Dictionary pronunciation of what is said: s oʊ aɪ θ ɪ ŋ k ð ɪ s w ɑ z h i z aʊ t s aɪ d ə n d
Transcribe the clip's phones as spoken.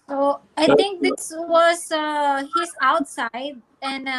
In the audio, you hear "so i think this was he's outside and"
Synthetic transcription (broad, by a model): s oʊ aɪ t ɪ ŋ k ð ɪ s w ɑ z h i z aʊ t s aɪ d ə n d